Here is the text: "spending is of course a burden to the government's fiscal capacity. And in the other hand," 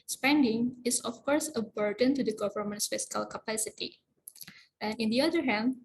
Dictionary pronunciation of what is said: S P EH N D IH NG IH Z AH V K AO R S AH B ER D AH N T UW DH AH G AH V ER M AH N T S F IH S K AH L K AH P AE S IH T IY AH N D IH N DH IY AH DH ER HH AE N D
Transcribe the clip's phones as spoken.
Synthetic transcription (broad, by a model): S P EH N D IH NG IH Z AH F K AO R S AH B ER D AH N T UW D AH G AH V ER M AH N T S F IH S K AH L K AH P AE S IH T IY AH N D IH N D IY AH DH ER HH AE N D